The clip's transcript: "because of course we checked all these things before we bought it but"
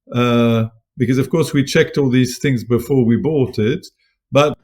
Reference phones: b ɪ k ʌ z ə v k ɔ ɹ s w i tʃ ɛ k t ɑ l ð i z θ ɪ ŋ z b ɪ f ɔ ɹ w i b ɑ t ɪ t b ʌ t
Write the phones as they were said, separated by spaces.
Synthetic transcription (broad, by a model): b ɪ k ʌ z ə v k ɔ ɹ s w i tʃ ɛ k t ɑ l ð i z θ ɪ ŋ z b ɪ f ɔ ɹ w i b ɑ t ɪ t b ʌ t